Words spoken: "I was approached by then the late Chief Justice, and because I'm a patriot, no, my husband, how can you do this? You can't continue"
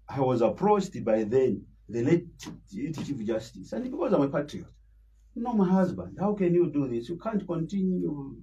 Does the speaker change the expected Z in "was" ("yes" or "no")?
no